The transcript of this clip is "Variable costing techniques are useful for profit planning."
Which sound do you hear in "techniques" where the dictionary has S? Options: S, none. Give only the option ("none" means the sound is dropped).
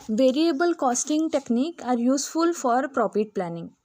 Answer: none